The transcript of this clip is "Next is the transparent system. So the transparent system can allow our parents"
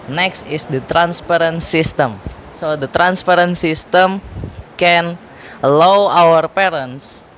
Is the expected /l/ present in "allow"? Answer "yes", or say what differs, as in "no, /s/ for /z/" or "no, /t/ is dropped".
no, /w/ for /l/